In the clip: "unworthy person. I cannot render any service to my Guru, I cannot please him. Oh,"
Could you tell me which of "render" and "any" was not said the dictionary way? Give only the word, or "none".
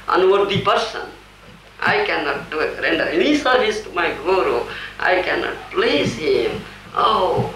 none